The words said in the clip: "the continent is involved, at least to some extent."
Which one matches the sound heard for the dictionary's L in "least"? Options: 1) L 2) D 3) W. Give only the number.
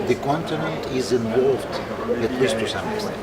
3